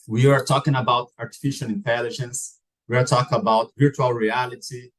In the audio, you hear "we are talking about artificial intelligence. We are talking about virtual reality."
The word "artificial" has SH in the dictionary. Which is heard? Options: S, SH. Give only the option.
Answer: SH